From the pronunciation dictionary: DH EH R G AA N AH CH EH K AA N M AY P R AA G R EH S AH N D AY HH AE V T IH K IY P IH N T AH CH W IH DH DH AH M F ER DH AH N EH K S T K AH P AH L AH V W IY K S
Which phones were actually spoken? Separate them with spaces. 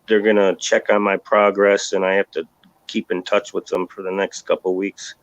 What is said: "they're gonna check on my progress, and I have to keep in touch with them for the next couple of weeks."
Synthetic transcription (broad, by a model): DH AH R G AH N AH CH EH K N M AY P R AA G R EH S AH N AY HH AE F T IH K IY P IH N T AH CH W IH DH DH AH M F ER DH AH N EH K S T K AH P L W IY K S